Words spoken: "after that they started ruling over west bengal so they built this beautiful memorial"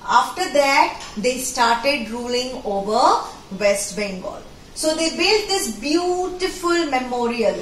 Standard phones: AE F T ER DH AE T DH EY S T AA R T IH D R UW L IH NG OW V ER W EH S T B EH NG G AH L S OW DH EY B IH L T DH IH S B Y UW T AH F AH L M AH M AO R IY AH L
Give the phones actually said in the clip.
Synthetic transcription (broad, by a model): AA F T ER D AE T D EY S T AA R T IH D R UW L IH NG OW V ER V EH S T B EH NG G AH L S OW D EY B IH L T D IH S B Y UW T AH F AH L M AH M AO R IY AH L